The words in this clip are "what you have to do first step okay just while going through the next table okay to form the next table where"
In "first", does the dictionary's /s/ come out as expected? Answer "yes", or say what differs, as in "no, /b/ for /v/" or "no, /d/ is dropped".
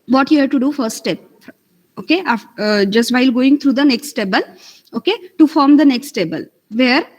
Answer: no, /s/ is dropped